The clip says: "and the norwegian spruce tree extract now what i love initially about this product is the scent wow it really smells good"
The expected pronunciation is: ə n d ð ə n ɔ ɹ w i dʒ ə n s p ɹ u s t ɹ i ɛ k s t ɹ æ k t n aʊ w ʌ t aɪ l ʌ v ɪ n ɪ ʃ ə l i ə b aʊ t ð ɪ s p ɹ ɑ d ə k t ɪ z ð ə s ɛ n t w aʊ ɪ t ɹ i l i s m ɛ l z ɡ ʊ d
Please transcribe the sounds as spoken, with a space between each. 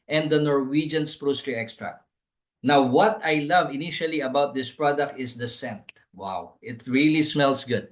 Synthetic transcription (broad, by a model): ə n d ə n ɔ ɹ w i dʒ ə n s p ɹ u s t ɹ i ɛ k s t ɹ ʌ n aʊ w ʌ t aɪ l ʌ v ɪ n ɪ ʃ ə l i ə b aʊ t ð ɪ s p ɹ ɑ d ə k t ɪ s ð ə s ɛ n t w aʊ ɪ t ɹ i l i s m ɛ l s ɡ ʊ d